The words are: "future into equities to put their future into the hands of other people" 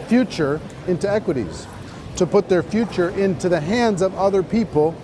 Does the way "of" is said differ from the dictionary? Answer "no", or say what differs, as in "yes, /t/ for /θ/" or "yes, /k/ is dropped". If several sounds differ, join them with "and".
no